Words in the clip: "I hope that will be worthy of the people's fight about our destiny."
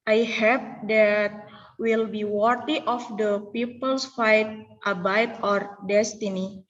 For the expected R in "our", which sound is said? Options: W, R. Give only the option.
R